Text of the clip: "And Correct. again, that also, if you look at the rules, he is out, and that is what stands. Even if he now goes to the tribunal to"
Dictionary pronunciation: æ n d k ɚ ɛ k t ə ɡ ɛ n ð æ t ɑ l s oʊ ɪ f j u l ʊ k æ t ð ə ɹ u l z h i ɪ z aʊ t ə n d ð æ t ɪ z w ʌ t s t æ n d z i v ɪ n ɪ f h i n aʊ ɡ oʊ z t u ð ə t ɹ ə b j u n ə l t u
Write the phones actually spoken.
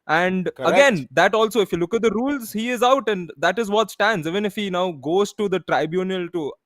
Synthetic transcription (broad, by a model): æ n d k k ə ɡ ɛ n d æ t ɑ l s oʊ ɪ f j u l ʊ k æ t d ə ɹ u l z h i ɪ z aʊ t ə n d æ t ɪ z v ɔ t s t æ n d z i v ɪ n ɪ f h i n aʊ ɡ oʊ z t u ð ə t ɹ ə b j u n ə l t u